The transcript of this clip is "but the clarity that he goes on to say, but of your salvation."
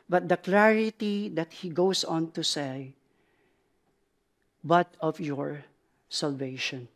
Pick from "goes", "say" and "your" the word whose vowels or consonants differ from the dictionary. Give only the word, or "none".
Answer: goes